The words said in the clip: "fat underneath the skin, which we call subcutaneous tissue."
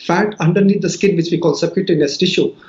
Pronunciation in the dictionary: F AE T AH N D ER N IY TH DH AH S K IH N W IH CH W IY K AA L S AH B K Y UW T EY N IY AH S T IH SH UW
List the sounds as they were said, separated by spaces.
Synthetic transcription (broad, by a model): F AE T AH N D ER N IY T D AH S K IH N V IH CH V IY K AA L S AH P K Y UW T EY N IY S T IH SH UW